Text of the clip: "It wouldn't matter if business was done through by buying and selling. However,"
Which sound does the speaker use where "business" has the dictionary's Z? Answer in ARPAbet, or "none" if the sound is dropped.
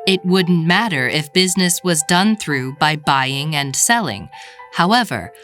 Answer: Z